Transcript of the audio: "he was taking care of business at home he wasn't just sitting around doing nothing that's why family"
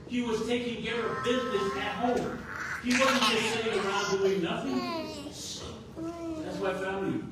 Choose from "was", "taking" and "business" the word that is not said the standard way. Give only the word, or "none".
none